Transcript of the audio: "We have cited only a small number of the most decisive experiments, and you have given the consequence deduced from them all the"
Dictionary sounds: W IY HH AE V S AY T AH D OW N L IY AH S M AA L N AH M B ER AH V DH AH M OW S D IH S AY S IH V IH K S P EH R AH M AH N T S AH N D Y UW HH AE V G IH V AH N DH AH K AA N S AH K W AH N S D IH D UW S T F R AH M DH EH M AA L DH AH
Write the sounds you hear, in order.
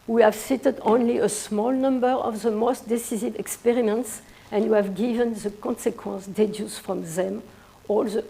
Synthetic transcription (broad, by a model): W IY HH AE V S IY T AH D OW N L IY AH S M AA L N AH M B ER AH V DH AH M OW S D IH S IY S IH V IH K S P EH R AH M AH N T S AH N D Y UW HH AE V G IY V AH N DH AH K AA N S AH K W AH N S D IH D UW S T F R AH M DH EH M AA L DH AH